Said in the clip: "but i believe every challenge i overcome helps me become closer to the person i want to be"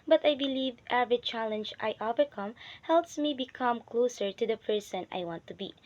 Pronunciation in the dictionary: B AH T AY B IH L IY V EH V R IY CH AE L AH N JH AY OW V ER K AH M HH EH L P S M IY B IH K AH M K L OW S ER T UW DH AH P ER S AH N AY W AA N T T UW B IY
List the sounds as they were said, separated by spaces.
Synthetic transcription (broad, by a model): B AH T AY B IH L IY V EH V R IY CH AE L AH N JH AY OW V ER K AH M HH EH L P S M IY B IH K AH M K L OW S ER T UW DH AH P ER S AH N AY W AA N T T UW B IY